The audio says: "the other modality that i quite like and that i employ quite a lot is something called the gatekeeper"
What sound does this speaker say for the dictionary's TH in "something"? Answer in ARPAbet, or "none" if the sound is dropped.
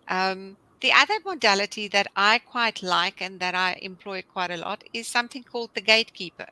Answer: TH